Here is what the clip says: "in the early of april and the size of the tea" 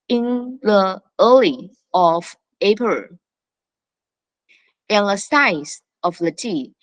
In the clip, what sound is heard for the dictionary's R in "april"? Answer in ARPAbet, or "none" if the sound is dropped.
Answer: none